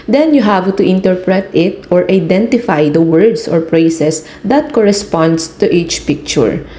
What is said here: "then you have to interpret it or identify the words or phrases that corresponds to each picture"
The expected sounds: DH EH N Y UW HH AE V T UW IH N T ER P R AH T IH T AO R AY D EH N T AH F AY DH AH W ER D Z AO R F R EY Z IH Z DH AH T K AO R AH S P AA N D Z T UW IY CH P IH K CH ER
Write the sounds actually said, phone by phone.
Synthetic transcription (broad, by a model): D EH N Y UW HH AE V T UW IH N T ER P R AH T IH T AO R AY D EH N T AH F AY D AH W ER D S AO R P R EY S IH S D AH T K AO R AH S P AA N D S T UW IY CH P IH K CH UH